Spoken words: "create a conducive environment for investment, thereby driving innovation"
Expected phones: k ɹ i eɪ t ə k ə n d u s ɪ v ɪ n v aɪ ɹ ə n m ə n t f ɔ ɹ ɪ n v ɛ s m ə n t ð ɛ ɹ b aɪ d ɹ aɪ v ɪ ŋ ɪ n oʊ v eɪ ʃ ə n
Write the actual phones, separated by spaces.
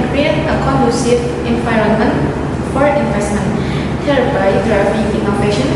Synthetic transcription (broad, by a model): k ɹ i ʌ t ə k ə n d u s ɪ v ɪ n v aɪ ɹ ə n m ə n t f ɔ ɹ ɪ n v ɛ s m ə n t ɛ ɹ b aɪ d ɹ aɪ p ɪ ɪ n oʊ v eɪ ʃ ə n